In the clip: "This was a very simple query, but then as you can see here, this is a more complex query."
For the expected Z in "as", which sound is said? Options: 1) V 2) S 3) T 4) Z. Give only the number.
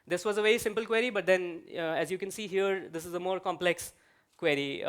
4